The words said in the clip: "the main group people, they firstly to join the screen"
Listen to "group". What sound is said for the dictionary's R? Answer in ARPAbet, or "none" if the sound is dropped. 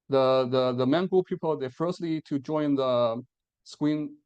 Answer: none